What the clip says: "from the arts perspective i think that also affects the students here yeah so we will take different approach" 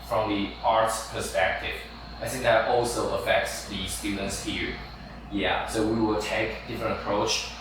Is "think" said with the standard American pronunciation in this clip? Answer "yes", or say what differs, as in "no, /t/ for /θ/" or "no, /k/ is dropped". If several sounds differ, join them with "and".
yes